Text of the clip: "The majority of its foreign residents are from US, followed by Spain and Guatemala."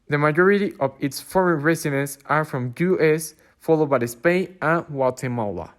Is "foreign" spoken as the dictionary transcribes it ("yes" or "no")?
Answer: yes